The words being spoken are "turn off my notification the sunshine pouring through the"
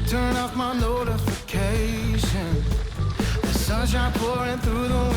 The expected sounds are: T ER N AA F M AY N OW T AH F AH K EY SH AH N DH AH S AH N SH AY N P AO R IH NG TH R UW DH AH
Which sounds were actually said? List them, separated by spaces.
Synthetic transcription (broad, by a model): T ER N AA F M AY N OW T AH F AH K EY SH AH N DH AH S AH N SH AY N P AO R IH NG TH R UW DH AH